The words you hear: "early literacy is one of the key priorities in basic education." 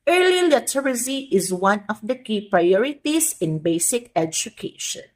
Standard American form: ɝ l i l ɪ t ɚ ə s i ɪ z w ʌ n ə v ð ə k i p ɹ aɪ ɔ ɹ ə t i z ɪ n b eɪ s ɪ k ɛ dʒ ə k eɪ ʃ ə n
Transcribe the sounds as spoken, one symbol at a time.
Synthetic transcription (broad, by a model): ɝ l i l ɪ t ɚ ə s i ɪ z w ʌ n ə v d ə k i p ɹ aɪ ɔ ɹ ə t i s ɪ n b eɪ s ɪ k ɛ dʒ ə k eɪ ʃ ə n